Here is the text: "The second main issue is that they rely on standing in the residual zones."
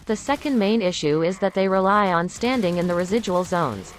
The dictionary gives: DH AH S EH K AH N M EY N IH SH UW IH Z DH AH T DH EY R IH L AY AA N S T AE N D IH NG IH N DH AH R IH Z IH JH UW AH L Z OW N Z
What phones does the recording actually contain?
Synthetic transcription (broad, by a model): DH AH S EH K AH N M EY N IH SH UW IH Z DH AH T DH EY R IH L AY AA N S T AE N D IH NG IH N DH AH R IH Z IH JH UW AH L Z OW N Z